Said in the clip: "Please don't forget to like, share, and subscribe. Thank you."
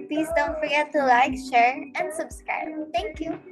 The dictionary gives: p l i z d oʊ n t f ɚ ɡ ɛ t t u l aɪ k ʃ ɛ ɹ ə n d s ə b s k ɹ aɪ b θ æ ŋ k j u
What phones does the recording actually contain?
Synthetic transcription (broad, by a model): p l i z d oʊ n t f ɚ ɡ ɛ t t u l aɪ k ʃ ɛ ɹ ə n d s ə b s k ɹ aɪ b t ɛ ŋ k j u